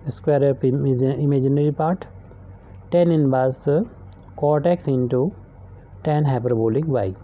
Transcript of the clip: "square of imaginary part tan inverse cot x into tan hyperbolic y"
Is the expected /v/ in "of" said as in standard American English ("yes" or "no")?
no